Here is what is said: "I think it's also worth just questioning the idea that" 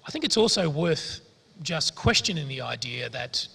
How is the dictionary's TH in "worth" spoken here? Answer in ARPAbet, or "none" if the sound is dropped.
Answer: TH